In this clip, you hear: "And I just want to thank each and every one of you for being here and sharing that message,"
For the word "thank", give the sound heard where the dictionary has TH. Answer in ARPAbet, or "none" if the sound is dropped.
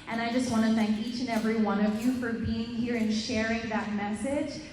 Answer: TH